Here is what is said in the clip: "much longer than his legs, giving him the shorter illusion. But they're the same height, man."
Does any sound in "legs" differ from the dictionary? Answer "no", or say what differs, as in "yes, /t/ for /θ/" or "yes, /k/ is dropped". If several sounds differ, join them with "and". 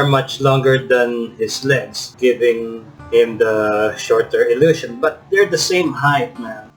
yes, /s/ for /z/